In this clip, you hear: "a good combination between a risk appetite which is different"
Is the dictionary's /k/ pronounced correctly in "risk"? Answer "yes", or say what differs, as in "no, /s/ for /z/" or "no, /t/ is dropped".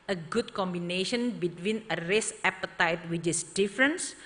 no, /k/ is dropped